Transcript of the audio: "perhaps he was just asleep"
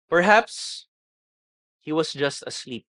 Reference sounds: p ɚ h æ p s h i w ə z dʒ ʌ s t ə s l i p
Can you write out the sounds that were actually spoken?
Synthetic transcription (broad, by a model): p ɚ h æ p s h i w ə s dʒ ʌ s t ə s l i p